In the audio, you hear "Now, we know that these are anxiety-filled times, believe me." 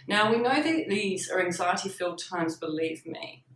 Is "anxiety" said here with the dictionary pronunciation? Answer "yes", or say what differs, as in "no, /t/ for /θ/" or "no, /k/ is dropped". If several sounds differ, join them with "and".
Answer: yes